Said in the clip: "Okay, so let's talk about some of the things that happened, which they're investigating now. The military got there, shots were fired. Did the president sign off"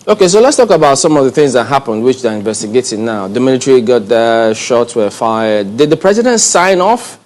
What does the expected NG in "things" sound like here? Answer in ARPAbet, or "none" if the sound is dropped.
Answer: NG